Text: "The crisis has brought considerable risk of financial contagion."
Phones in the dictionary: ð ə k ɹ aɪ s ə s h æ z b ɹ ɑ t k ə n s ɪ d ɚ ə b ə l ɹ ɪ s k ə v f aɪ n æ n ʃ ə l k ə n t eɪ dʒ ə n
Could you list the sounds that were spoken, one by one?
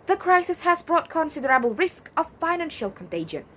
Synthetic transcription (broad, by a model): ð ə k ɹ aɪ s ə s h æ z b ɹ ɑ t k ə n s ɪ d ɚ ə b ə l ɹ ɪ s k ə v f aɪ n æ n ʃ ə l k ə n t eɪ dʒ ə n